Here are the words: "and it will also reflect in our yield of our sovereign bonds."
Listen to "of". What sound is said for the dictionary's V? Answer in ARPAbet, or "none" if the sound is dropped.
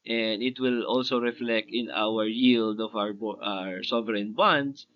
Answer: B